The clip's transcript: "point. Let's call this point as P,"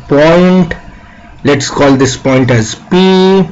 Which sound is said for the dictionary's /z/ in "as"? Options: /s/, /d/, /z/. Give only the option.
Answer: /z/